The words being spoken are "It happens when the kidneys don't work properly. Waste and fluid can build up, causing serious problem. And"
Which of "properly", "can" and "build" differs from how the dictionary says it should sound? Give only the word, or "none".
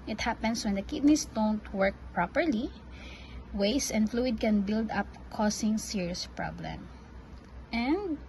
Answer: none